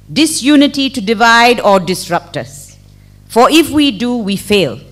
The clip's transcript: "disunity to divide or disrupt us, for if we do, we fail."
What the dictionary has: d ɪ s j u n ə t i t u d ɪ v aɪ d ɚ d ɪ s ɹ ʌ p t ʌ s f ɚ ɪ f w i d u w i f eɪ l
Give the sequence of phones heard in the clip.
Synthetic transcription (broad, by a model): d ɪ s j u n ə t i t u d ɪ v aɪ d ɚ d ɪ s ɹ ʌ p t ʌ s f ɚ ɪ f w i d u w i f eɪ l